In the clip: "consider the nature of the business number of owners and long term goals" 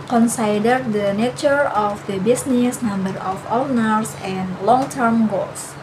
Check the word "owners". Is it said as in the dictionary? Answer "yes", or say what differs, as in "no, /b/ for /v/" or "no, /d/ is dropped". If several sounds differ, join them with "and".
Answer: no, /s/ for /z/